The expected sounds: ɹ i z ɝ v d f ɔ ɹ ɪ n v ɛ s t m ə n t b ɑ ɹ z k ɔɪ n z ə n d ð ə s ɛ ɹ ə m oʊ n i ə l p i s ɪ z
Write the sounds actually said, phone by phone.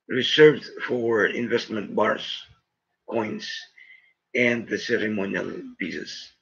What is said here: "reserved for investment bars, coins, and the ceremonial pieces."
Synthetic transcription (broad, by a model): ɹ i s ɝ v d f ɔ ɹ ɪ n v ɛ s t m ə n t b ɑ ɹ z k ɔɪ n s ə n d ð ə s ɛ ɹ ə m oʊ n i ə l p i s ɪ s